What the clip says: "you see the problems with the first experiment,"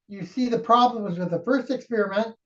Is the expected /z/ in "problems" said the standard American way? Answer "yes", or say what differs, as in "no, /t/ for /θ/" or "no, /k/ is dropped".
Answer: yes